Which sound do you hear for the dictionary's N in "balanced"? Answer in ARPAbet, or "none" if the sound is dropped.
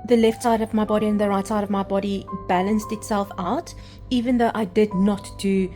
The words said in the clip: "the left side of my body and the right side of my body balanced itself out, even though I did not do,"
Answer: N